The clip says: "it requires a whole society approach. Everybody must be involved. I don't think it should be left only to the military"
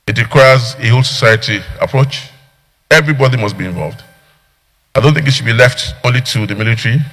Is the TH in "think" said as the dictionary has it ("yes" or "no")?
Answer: yes